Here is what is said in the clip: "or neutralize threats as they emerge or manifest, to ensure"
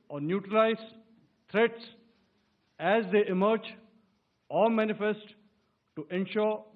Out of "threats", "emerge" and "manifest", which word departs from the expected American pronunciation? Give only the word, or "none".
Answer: threats